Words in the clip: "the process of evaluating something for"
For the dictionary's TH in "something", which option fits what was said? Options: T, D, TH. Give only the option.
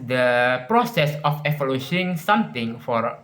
T